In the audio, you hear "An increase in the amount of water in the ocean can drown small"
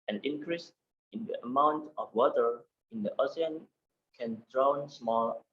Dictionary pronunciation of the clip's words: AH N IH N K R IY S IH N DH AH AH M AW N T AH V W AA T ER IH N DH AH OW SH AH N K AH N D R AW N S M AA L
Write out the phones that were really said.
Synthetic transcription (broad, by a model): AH N IH N K R IY S IH N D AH AH M AW N T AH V W AA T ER IH N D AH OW S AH N K AH N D R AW N S M AA L